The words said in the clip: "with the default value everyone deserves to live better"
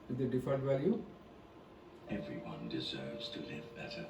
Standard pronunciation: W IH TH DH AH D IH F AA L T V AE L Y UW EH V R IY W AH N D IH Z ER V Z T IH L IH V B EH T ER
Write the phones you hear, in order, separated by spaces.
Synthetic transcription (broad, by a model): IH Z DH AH D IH F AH N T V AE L Y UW EH V R IY W AH N D IH Z ER V Z T IH L IH V B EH T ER